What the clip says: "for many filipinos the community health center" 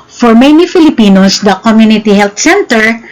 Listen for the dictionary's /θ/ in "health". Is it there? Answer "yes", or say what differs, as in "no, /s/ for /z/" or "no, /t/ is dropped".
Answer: no, /t/ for /θ/